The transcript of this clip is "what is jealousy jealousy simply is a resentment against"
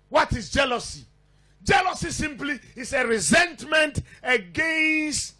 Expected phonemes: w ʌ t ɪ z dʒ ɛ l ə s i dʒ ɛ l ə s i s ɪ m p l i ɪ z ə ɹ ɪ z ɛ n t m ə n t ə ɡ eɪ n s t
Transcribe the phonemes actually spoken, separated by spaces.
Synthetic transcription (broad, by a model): w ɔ t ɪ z dʒ ɛ l ə s i dʒ ɛ l ə s i s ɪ m p l i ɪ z ə ɹ ɪ z ɛ n t m ə n t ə ɡ eɪ n s t